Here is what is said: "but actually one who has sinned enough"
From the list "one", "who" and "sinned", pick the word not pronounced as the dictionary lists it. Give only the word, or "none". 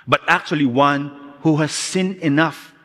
sinned